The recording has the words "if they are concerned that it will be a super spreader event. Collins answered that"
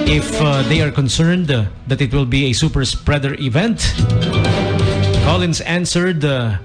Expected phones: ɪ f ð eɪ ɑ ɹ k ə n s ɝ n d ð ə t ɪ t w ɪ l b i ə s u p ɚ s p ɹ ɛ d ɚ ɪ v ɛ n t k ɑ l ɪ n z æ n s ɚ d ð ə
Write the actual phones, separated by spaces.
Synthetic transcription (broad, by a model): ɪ f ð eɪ ɑ ɹ k ə n s ɝ n d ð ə t ɪ t w ɪ l b i ə s u p ɚ s p ɹ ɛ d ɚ ɪ v ɛ n t k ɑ l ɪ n s æ n s ɚ d